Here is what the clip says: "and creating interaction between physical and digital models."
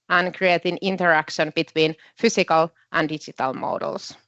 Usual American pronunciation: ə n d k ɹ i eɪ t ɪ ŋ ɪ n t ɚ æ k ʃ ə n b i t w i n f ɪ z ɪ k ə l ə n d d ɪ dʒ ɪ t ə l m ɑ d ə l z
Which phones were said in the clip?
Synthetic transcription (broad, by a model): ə n k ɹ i eɪ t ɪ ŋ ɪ n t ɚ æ k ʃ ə n b i t w i n f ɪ s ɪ k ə l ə n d d ɪ dʒ ɪ t ə l m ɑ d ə l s